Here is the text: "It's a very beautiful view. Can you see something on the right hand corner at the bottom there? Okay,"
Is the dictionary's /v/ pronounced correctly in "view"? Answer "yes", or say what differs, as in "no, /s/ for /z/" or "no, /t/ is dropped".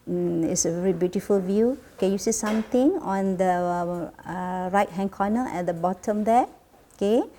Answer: yes